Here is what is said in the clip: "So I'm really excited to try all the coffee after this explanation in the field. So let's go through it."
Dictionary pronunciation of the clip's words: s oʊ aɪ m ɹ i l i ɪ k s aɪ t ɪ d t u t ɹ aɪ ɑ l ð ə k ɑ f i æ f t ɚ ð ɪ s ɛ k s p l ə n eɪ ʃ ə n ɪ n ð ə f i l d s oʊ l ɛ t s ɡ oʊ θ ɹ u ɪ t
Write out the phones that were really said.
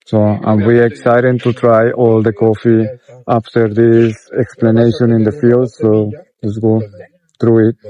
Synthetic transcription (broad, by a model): s oʊ aɪ m w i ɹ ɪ k s aɪ t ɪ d t u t ɹ aɪ ɑ l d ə k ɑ f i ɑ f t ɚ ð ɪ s ɛ k s p l ə n eɪ ʃ ə n ɪ n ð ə f i l d s oʊ l ɛ t s ɡ oʊ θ ɹ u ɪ t